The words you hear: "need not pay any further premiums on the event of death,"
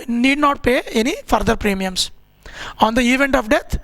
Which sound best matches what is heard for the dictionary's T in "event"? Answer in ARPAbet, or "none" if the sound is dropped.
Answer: T